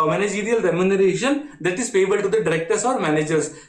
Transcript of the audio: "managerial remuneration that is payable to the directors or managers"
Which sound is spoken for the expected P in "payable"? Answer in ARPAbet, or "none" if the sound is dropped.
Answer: F